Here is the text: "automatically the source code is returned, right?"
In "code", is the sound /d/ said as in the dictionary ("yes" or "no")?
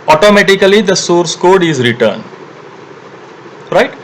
yes